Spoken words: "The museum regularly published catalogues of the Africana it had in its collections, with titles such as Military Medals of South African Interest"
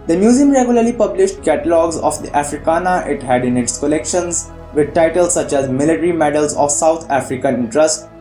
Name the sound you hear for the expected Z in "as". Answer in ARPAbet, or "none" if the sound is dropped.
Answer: Z